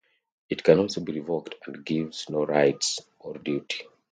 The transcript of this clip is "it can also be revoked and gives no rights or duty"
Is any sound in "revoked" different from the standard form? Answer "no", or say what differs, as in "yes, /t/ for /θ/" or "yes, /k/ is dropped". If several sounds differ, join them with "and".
no